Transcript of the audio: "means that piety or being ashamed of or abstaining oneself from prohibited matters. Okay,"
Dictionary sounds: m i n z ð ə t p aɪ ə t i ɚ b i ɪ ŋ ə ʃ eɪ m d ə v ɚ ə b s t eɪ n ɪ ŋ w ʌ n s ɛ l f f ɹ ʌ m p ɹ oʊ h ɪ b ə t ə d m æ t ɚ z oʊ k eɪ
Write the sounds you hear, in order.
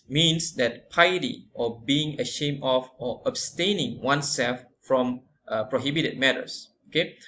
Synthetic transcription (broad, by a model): m i n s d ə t p aɪ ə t i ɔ b i ɪ ŋ ə ʃ eɪ m d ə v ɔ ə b s t eɪ n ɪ ŋ w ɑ n s ɛ l f f ɹ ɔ m p ɹ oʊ h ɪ b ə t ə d m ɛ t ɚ s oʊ k eɪ